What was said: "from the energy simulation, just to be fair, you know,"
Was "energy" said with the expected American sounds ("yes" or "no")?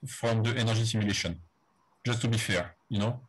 no